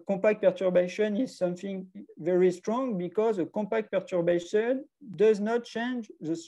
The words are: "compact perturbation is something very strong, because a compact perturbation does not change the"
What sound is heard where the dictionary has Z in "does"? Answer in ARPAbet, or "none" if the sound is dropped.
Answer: Z